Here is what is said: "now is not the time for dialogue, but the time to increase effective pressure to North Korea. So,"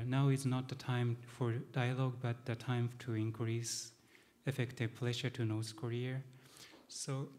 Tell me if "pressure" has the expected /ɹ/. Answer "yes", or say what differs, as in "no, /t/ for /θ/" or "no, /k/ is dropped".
no, /l/ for /ɹ/